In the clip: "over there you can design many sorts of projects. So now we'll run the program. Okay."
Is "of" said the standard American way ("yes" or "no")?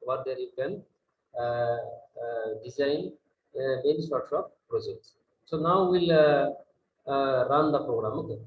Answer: no